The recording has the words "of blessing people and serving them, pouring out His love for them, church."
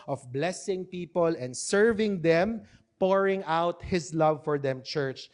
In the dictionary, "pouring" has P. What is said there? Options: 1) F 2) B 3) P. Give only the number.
3